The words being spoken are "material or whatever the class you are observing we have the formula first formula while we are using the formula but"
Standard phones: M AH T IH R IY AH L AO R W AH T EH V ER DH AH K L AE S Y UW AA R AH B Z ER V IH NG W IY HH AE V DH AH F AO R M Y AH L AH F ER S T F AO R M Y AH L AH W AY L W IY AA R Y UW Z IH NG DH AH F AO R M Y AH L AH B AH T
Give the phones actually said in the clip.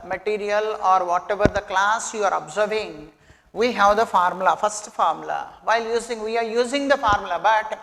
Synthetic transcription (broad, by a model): M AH T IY R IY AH L AO R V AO T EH V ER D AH K L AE S Y UW AA R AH B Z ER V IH NG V IY HH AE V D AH F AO R M L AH F ER S T F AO R M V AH L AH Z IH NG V IY AA R Y UW Z IH NG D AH F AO R M L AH B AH T